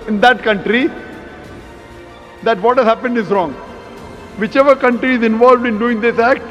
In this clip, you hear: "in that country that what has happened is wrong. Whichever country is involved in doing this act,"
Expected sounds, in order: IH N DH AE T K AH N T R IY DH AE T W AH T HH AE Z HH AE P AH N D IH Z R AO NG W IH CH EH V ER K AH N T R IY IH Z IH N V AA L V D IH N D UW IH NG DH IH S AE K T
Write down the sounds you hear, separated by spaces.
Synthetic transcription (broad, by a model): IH N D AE T K AH N T R IY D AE T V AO T HH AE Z HH AE P AH N D IH Z R AO NG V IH CH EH V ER K AH N T R IY IH Z IH N V AA L V D IH N D UW IH NG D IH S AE K T